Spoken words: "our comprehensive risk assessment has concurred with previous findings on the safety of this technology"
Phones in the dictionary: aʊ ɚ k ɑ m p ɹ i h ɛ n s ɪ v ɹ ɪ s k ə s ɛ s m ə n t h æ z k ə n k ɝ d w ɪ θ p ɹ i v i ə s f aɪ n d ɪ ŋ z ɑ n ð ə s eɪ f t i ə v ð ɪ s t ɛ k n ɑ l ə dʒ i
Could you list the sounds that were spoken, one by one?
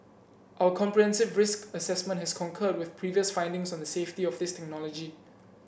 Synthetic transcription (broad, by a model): aʊ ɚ k ɑ m p ɹ i h ɛ n s ɪ v ɹ ɪ s k ə s ɛ s m ə n t h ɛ s k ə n k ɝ d w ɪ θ p ɹ i v i ə s f aɪ n d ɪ ŋ s ɑ n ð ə s eɪ f t i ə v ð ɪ s t ɛ k n ɑ l ə dʒ i